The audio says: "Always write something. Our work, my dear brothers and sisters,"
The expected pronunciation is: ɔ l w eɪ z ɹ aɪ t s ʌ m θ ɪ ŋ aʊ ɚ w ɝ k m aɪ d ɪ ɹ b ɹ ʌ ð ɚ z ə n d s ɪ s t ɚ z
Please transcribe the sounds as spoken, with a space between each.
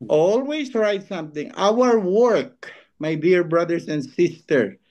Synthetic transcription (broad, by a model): ɔ l w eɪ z ɹ aɪ t s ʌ m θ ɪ ŋ aʊ ɚ w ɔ k m aɪ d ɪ ɹ b ɹ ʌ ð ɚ s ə n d s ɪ s t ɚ